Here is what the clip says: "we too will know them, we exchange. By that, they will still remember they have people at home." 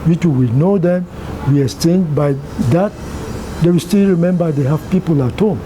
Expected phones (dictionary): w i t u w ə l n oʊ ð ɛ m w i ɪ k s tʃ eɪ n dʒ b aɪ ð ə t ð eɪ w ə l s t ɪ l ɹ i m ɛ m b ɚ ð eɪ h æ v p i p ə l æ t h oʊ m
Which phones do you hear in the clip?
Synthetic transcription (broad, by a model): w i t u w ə n oʊ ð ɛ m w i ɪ s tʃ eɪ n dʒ b aɪ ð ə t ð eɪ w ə s t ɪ l ɹ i m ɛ m b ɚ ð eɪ h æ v p i p ə l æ t h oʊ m